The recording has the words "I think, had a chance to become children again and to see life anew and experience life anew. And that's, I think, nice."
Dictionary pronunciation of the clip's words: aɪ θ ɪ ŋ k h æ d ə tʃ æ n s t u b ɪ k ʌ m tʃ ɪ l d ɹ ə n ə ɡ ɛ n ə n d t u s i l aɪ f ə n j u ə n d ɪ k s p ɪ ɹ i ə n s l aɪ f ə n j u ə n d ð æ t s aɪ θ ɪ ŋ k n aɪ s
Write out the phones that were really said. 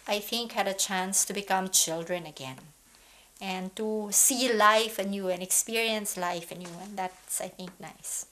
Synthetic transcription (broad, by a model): aɪ θ ɪ ŋ k h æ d ə tʃ æ n s t u b ɪ k ʌ m tʃ ɪ l d ɹ ə n ə ɡ ɛ n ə n t u s i l aɪ f ə n j u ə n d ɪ k s p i ɹ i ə n s l aɪ f ə n j u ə n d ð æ t s aɪ θ ɪ ŋ k n aɪ s